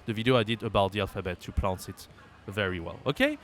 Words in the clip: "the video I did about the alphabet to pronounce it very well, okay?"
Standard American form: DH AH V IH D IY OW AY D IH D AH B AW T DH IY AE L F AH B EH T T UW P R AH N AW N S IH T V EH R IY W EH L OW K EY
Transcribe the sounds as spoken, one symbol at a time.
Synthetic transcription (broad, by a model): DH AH V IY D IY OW AY D IH D AH B AW T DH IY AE L F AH B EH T T UW P L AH N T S IH T V EH R IY W EH L OW K EY